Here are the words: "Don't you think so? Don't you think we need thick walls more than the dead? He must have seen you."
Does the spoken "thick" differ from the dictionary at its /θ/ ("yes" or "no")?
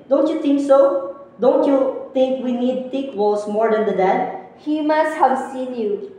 yes